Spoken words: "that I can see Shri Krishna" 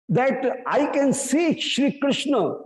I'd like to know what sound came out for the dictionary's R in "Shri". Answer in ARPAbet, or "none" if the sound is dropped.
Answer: R